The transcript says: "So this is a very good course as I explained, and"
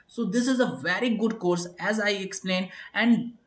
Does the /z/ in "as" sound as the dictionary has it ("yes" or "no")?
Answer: yes